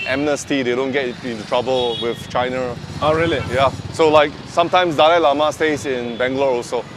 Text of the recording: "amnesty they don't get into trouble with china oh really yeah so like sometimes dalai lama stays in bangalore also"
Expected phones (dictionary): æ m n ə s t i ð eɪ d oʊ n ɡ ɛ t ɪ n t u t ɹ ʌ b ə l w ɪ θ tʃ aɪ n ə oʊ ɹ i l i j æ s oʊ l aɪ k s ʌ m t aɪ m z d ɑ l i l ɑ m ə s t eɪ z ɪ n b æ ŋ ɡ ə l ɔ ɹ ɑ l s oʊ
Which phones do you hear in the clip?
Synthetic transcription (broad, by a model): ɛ m n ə s t i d eɪ d oʊ n ɡ ɛ t ɪ n t u t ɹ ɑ b ə l w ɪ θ tʃ aɪ n ə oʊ ɹ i l i j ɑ s oʊ l aɪ k s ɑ m t aɪ m s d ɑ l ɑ l ɑ m ə s t eɪ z ɪ n b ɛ ŋ ɡ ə l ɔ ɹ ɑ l s oʊ